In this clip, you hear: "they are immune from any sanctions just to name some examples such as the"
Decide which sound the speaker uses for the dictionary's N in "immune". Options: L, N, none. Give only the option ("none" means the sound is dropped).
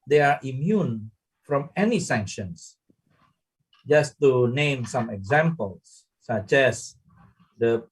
N